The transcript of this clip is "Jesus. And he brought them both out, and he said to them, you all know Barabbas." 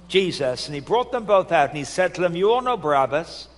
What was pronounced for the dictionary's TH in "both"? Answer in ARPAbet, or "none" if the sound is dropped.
TH